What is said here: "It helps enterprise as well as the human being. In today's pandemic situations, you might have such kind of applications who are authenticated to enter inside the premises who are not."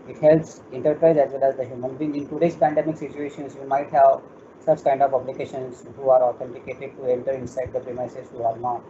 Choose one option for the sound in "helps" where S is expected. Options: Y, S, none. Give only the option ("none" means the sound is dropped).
S